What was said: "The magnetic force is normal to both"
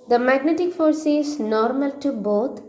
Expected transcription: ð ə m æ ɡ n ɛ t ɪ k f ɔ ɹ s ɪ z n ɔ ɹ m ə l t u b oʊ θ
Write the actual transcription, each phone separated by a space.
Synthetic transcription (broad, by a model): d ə m æ ɡ n ɛ t ɪ k f ɔ ɹ s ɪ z n ɔ ɹ m ə l t u b oʊ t